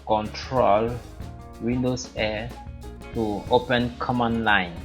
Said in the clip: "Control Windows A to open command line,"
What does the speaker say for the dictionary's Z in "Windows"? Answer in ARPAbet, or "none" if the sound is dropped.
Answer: S